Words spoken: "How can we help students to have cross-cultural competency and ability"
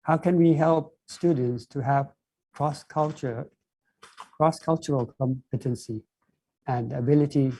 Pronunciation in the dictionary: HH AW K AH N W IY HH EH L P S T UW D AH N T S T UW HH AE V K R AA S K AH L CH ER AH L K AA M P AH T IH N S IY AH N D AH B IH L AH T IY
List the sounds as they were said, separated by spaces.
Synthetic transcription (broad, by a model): HH AW K AH N W IY HH EH L P S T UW D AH N T S T UW HH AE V K R AA S K AH L CH ER AH L K AA M P AH T IH N S IY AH N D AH B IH L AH T IY